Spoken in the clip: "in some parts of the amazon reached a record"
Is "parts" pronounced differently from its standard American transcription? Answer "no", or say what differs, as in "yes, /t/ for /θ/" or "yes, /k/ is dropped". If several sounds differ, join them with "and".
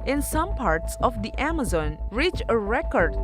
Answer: no